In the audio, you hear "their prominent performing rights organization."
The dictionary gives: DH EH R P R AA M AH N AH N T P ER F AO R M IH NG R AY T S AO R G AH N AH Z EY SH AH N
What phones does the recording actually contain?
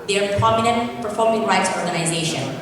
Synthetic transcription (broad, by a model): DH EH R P AA M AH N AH N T P ER F AO R M IH NG R AY T S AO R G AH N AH Z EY SH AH N